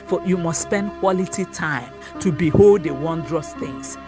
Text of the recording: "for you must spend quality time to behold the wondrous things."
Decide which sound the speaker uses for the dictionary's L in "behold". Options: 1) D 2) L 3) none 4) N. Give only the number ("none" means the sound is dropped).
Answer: 2